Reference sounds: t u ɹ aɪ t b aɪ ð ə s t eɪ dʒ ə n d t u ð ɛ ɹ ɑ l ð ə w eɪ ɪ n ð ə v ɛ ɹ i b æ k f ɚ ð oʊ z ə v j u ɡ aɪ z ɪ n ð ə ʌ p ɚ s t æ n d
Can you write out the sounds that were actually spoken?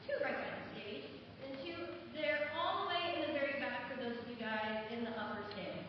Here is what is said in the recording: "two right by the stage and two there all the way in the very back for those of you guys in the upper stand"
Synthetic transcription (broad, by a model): t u ɹ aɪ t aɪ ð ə s t eɪ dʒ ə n t u ð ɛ ɹ ɑ l ð ə w eɪ ɪ n ð ə v ɛ ɹ i b æ k f ɚ ð oʊ ə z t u ɡ aɪ z ɪ n ð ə ʌ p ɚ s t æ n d